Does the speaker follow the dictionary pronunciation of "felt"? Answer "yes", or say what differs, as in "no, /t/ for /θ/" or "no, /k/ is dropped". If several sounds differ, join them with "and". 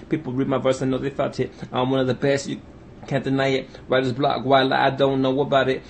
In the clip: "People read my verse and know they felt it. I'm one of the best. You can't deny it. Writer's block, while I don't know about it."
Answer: no, /l/ is dropped